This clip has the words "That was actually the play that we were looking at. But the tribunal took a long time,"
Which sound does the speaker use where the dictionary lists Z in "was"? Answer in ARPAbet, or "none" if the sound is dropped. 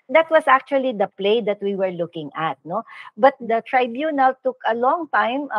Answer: S